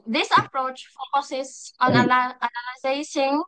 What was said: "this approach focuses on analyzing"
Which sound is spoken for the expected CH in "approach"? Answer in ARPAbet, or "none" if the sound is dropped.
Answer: CH